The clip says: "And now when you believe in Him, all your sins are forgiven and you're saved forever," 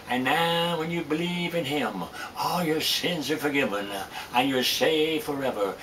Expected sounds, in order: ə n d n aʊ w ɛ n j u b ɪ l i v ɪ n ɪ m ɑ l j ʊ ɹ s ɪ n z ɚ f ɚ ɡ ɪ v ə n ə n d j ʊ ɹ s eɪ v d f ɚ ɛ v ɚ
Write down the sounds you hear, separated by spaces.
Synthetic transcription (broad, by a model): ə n n aʊ w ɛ n j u b ɪ l i v ɪ n ɪ m ɑ l j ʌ ɹ s ɪ n z ɚ f ɚ ɡ ɪ v ə n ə n j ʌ ɹ s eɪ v f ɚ ɛ v ɚ